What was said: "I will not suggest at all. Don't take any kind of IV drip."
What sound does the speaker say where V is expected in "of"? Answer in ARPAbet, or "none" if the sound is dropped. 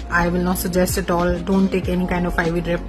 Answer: F